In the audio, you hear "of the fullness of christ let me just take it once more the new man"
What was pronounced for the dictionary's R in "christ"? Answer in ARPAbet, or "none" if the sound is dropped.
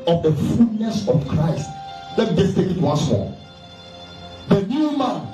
R